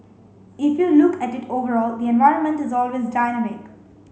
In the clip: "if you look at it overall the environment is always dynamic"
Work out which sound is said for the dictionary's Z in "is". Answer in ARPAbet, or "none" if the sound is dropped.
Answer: Z